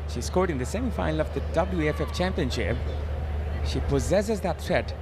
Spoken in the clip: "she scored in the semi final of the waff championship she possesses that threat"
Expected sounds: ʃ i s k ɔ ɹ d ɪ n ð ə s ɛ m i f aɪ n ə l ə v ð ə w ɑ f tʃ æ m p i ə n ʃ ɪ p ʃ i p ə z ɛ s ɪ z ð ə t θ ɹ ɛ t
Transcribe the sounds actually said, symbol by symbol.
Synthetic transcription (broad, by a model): ʃ i s k ɔ ɹ d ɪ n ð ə s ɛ m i f aɪ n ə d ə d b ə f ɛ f tʃ æ m p i ə n ʃ ɪ p ʃ i p ə z ɛ s ɪ z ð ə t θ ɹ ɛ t